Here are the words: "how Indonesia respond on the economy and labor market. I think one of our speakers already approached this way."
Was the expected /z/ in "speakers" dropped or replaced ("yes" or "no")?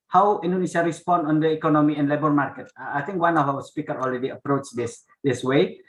yes